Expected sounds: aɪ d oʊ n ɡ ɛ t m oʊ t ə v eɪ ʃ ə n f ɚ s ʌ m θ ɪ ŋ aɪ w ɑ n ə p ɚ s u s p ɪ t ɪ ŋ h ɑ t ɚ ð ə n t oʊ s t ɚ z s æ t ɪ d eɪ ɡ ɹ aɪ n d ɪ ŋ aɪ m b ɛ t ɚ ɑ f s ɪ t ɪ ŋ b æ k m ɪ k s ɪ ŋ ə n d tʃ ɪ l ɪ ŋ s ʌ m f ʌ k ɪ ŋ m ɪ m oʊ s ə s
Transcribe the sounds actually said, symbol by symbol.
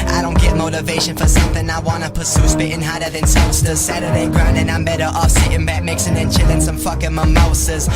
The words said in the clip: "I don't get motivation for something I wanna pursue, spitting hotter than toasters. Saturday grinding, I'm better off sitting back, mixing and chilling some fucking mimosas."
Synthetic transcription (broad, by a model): aɪ d oʊ n ɡ ɛ t m oʊ t ə v eɪ ʃ ə n f ɚ s ʌ m θ ɪ ŋ aɪ w ɑ n ə p ɚ s u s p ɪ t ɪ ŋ h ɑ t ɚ ð ə n s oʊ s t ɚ s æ t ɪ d eɪ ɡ ɹ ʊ n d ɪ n aɪ m b ɛ t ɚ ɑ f s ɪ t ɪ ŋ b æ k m ɪ k s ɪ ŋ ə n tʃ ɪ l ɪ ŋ s ʌ m f ʌ k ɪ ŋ m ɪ m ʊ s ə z